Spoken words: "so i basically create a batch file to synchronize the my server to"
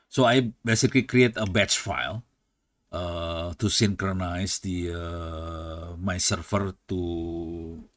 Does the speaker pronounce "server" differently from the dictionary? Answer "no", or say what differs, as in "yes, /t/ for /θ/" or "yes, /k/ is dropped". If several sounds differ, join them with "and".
yes, /f/ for /v/